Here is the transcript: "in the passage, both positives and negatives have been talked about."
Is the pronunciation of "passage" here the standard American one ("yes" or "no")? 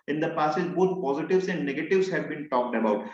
no